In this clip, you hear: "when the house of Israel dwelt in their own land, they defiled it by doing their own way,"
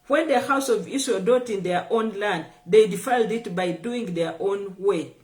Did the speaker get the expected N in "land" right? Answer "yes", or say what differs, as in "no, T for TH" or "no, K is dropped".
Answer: yes